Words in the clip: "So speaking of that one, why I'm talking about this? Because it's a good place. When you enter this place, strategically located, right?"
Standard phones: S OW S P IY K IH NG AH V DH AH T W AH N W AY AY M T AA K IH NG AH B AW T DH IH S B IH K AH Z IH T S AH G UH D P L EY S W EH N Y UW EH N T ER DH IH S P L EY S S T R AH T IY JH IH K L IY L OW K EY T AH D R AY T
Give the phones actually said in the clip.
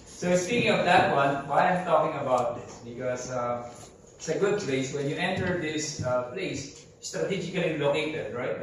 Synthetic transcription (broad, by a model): S OW S P IY K IH NG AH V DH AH T W AH N W AY AY M T AA K IH NG AH B AW T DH IH S B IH K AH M IH T S AH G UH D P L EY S W EH N Y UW EH N T ER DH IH S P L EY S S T AH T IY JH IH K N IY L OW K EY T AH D R AY T